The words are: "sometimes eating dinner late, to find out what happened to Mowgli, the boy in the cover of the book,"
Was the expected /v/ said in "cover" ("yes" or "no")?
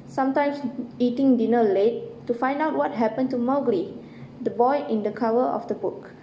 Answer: no